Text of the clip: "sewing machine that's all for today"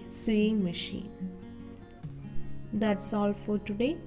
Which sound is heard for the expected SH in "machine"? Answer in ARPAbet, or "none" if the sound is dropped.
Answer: SH